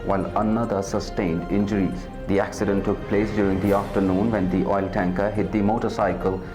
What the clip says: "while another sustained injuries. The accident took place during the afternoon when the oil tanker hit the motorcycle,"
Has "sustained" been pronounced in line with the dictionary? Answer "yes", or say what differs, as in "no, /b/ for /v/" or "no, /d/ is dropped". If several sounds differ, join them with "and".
yes